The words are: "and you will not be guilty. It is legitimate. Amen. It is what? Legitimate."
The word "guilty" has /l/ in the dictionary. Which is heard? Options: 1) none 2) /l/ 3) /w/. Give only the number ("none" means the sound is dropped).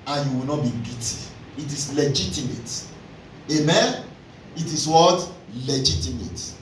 1